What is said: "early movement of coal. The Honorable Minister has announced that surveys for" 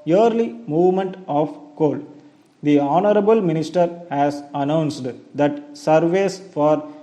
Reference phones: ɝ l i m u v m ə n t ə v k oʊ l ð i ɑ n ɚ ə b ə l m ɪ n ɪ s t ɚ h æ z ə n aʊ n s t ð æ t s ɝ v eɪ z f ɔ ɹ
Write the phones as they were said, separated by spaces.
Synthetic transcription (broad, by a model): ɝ l i m u v m ə n t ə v k oʊ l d i ɑ n ɚ ə b ə l m ɪ n ɪ s t ɚ h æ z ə n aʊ n s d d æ t s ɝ v eɪ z f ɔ ɹ